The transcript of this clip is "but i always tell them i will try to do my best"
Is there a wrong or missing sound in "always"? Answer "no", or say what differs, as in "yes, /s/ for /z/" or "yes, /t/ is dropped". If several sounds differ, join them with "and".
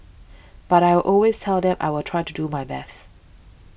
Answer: no